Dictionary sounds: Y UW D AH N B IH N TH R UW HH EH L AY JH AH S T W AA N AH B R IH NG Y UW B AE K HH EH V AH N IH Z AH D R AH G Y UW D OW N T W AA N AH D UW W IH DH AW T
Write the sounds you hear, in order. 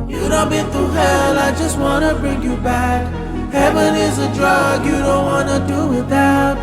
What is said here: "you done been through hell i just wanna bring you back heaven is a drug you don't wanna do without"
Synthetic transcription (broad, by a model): Y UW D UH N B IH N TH UW HH EH L AY JH AH S T W AA N AH B R IH NG Y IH B AE K HH EH V AH N IH Z AH D R AH G Y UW D OW N T W AA N AH D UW W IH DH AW T